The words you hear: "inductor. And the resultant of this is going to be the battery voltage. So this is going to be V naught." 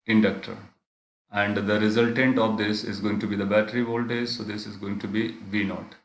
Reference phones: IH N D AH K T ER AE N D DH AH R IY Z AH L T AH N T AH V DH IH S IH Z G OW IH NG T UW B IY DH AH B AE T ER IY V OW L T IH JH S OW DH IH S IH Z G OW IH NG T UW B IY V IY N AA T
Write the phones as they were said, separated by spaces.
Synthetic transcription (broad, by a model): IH N D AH K T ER AE N D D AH R IY Z AH L T AH N T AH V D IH S IH Z G OW IH NG T UW B IY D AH B AE T ER IY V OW L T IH Z S OW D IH S IH Z G OW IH NG T UW B IY V IY N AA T